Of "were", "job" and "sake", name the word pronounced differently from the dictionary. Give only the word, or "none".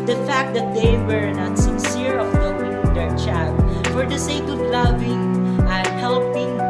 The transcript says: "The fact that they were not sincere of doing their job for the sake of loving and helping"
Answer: job